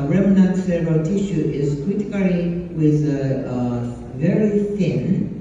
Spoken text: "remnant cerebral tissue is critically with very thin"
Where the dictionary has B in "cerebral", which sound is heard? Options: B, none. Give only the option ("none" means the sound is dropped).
none